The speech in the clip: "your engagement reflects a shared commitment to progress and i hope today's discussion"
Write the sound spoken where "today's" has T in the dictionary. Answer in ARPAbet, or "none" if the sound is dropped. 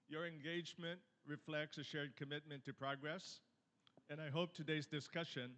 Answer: T